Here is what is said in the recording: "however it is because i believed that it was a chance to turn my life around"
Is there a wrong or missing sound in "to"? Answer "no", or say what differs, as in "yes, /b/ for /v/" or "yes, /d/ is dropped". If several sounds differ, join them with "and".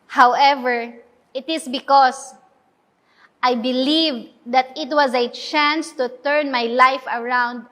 no